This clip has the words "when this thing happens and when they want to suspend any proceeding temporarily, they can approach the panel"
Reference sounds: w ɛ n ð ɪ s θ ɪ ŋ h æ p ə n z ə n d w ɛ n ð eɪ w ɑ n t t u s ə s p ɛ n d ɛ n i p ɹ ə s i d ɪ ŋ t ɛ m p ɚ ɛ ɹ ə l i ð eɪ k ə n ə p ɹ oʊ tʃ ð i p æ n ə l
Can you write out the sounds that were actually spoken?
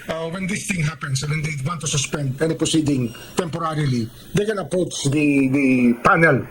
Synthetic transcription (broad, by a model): w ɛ n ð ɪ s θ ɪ ŋ h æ p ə n s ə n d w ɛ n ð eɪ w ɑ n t t u s ə s p ɛ n d ɛ n i p ɹ ə s i d ɪ ŋ t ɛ m p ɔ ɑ ɹ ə l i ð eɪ k ə n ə p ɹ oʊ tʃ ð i p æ n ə l